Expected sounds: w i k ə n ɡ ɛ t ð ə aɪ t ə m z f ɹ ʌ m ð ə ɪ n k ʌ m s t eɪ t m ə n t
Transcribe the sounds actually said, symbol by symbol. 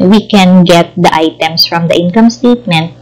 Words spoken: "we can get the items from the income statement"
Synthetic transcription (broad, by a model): w i k ə n ɡ ɛ t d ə aɪ t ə m s f ɹ ʌ m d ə ɪ n k ʌ m s t eɪ t m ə n t